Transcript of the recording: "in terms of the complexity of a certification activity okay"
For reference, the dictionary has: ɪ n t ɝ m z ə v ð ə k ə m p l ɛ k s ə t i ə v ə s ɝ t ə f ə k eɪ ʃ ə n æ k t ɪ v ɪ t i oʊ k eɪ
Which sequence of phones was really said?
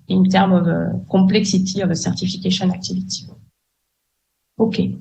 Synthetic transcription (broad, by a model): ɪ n t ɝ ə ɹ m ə k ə p l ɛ k s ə t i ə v ə s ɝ t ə f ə k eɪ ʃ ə n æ k t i v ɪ t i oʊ k eɪ